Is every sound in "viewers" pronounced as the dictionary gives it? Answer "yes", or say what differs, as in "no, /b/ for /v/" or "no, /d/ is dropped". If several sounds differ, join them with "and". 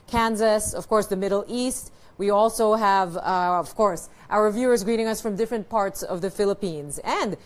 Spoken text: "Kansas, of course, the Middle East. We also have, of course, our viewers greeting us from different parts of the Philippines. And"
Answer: yes